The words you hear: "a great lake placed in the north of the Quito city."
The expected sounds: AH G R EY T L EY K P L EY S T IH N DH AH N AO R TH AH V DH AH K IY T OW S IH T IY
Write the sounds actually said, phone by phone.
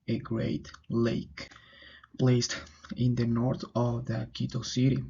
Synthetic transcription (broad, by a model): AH G R EY T L EY K P L EY S T IH N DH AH N AO R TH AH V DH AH K IY T OW S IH T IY